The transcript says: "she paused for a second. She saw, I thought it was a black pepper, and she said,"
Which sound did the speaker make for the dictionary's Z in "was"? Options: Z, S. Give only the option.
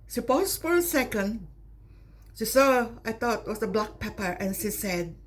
S